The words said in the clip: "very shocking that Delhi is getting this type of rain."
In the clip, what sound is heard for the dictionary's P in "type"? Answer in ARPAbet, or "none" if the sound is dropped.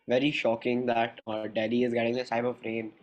B